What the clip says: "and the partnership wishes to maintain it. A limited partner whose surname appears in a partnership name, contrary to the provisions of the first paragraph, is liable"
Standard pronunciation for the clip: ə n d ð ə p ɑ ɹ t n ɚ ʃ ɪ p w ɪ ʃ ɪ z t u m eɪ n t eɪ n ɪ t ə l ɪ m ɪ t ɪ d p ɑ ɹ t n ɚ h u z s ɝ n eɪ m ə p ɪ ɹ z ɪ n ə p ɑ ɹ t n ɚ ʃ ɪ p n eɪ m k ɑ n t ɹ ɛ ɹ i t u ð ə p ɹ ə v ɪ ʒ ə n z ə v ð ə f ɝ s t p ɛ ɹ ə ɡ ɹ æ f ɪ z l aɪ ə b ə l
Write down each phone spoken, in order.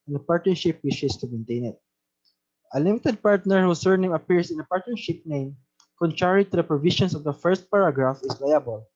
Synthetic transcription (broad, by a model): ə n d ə p ɑ ɹ t n ɚ ʃ ɪ p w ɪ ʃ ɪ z t u m eɪ n t eɪ n ɪ t ə l ɪ m ɪ t ɪ d p ɑ ɹ t n ɚ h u s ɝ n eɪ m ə p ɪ ɹ s ɪ n ə p ɑ ɹ t n ɚ ʃ ɪ p n eɪ m k ɑ n t ɹ ɛ ɹ i t u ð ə p ɹ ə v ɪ ʃ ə n s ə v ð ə f ɝ s t p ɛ ɹ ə ɡ ɹ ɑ f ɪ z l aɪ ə b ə l